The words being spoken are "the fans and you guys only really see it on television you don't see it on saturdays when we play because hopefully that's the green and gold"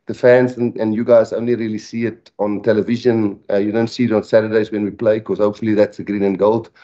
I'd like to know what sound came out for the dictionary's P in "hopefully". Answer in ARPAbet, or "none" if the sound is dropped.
P